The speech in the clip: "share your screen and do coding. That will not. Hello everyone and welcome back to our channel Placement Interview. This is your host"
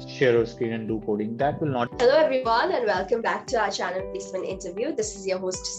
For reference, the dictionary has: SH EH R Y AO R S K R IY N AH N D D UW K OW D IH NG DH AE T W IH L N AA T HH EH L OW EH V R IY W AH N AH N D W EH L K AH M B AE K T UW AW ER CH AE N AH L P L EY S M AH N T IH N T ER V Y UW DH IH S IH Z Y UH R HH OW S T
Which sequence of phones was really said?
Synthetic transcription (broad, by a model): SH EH R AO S K R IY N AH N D D UW K OW D IH NG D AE T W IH L N AA T HH EH L OW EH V R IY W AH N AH N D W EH L K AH M B AE K T UW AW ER CH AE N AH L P IY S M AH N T IH N T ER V Y UW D IH S IH Z Y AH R HH OW S T